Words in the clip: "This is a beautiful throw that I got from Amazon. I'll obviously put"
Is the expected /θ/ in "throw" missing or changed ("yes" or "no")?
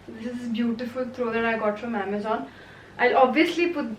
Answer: yes